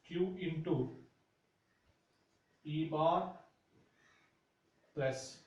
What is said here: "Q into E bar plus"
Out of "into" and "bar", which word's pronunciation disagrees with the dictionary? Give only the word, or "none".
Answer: none